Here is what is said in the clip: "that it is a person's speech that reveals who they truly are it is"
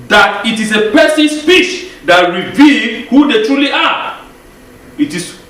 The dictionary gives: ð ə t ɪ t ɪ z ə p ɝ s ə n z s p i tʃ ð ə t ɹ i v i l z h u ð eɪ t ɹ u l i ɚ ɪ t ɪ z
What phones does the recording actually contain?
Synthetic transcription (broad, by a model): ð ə t ɪ t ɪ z ə p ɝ s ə n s f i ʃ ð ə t ɹ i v i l h u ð eɪ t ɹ u l i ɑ ɪ t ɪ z